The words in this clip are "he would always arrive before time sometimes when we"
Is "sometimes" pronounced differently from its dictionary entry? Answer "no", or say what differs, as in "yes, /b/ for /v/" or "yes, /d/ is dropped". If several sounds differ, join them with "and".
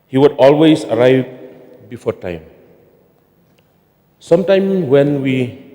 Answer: yes, /z/ is dropped